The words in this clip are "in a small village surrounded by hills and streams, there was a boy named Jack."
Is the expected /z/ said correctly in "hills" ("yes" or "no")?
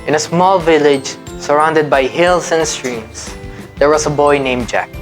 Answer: no